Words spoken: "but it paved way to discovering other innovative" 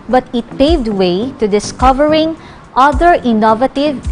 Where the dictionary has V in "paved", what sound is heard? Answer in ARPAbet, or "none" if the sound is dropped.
V